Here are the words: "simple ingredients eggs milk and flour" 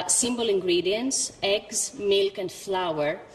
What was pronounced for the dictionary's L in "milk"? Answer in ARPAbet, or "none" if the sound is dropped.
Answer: L